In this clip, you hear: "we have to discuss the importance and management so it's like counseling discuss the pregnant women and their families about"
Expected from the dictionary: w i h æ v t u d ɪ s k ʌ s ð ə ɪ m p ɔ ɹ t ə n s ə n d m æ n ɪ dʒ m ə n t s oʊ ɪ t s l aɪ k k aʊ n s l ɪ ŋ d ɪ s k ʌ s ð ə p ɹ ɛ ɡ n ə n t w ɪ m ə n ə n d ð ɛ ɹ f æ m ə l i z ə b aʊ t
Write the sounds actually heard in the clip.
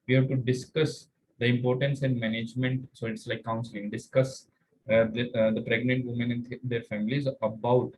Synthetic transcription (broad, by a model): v i h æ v t u d ɪ s k ʌ s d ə ɪ m p ɔ ɹ t ə n s ə n d m æ n ɪ dʒ m ə n t s oʊ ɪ t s l aɪ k k aʊ n s ɪ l d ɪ s k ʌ s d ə p ɹ ɛ ɡ n ə n t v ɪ m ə n ə n d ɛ ɹ f æ m ə l i z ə b aʊ t